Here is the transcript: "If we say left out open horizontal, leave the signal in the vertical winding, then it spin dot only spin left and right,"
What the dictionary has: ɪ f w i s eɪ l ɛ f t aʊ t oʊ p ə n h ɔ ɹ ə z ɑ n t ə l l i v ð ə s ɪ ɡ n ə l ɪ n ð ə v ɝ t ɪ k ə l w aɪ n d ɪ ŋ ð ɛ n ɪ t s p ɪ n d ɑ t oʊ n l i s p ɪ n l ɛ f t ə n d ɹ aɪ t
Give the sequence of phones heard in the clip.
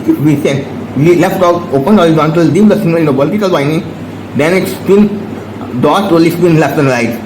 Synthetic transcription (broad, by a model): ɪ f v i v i l ɛ f t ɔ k oʊ p ə n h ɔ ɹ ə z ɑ n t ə l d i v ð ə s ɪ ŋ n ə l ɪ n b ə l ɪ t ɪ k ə l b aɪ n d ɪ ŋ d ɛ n ɪ t s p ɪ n d ɑ t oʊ l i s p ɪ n l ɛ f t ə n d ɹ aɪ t